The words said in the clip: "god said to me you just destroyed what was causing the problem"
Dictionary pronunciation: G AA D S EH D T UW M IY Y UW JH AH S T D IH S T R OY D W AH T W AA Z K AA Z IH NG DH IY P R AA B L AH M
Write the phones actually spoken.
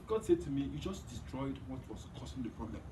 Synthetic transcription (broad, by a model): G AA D S EH D T UW M IY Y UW JH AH S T D IH S T R OY D W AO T W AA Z K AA S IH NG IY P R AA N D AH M